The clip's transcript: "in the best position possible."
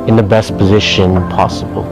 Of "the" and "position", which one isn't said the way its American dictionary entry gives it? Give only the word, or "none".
none